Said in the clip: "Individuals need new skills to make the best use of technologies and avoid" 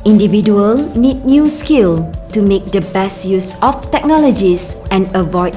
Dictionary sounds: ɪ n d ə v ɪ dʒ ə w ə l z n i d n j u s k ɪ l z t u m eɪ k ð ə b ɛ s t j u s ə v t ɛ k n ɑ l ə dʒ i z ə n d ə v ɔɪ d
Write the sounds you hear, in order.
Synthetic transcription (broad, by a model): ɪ n d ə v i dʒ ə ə l n i d n j u s k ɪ l t u m eɪ k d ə b ɛ s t j u s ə f t ɛ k n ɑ l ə dʒ i s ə n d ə v ɔɪ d